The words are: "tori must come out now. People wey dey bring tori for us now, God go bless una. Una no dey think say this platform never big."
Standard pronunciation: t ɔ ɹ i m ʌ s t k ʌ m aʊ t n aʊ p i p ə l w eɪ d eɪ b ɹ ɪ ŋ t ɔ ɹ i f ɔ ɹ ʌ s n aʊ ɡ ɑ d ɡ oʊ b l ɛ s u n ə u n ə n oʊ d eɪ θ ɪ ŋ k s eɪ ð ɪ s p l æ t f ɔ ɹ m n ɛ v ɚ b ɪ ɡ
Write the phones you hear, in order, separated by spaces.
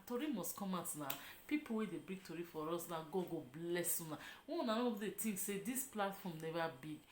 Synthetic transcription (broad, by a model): t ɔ ɹ i m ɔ s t k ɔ m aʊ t n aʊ p i p ə l w eɪ d eɪ b ɹ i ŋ t ɔ ɹ i f ɔ ɹ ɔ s n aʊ ɡ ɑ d ɡ oʊ b l ɛ s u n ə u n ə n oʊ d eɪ t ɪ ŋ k s eɪ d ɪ s p l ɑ t f ɔ m n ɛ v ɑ b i